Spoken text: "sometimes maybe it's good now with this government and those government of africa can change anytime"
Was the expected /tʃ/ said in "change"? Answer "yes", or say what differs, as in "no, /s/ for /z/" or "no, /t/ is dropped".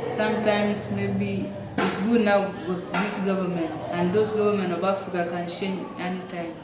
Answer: no, /ʃ/ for /tʃ/